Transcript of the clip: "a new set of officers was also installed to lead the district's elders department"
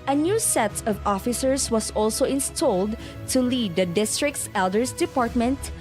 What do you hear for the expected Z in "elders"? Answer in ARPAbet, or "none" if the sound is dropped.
S